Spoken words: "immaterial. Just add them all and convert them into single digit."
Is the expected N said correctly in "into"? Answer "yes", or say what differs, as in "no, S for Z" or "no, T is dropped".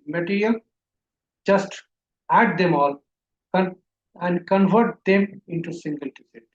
yes